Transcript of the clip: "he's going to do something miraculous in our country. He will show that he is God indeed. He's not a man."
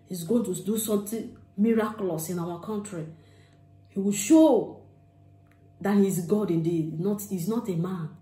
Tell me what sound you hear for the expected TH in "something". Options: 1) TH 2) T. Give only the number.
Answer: 2